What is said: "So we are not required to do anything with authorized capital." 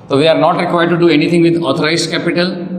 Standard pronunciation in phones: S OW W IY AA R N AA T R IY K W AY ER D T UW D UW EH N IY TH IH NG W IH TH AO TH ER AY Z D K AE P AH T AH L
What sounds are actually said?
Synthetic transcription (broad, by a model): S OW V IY AA R N AA T R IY K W AY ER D T UW D UW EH N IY T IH NG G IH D AO T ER AY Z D K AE P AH T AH L